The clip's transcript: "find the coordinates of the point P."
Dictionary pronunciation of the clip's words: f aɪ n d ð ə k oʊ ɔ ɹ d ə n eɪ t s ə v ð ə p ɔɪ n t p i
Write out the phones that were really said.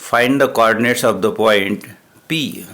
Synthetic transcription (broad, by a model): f aɪ n d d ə k oʊ ɔ ɹ d ə n eɪ t s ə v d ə p ɔɪ n t p i